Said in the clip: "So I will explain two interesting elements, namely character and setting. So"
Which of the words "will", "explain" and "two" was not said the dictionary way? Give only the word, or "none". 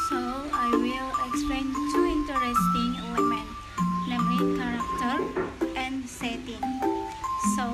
explain